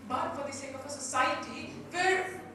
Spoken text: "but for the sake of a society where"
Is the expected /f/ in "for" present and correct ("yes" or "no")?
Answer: no